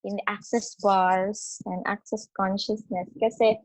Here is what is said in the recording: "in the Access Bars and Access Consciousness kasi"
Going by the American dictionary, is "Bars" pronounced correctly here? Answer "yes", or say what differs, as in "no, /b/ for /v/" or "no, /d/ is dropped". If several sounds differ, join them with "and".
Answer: no, /s/ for /z/